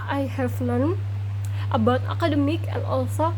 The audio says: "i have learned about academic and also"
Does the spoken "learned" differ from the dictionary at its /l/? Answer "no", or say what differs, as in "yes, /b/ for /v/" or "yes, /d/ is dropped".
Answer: yes, /n/ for /l/